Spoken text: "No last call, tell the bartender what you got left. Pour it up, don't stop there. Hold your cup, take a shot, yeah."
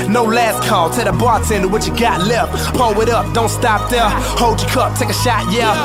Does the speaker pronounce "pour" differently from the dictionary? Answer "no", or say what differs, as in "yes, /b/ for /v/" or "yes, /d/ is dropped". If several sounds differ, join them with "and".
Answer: yes, /l/ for /ɹ/